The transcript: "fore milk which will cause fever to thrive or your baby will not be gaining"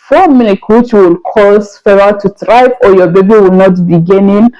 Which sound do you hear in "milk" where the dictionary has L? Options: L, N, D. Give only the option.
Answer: N